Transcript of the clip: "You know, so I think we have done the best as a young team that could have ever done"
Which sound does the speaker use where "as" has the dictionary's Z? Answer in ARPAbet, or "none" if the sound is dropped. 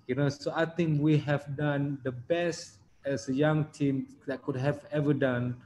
S